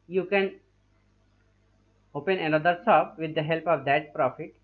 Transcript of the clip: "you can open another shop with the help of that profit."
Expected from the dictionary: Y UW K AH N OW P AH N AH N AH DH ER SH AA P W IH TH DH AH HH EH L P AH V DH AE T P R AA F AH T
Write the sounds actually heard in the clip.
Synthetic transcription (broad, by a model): Y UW K AH N OW P AH N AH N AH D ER S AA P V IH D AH HH EH L P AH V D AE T P R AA F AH T